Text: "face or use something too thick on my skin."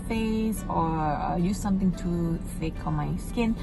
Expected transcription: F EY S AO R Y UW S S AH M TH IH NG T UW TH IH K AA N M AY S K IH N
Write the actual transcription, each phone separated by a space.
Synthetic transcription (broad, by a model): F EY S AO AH Y UW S S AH M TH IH NG T UW F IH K AA N M AY S K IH N